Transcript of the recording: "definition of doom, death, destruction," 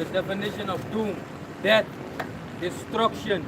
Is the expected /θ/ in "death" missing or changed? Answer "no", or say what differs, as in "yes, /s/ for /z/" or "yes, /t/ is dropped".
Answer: yes, /t/ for /θ/